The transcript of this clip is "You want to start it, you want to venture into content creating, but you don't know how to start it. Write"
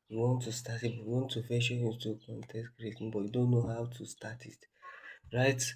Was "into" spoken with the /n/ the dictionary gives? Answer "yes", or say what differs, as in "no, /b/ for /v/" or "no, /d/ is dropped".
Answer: no, /n/ is dropped